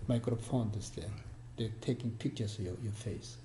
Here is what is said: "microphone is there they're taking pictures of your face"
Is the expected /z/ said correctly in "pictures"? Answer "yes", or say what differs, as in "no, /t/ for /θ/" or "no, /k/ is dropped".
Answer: no, /s/ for /z/